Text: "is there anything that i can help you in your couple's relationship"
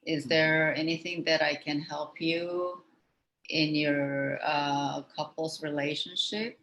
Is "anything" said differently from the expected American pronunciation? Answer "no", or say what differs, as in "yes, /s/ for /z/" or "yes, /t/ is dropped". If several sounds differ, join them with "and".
no